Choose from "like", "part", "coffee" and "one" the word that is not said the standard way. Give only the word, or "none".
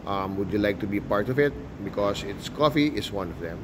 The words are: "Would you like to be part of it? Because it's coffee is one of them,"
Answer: none